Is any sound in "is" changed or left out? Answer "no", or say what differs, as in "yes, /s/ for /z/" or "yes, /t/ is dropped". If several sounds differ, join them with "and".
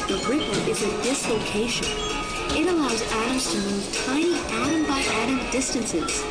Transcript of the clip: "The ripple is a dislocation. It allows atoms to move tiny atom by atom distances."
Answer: no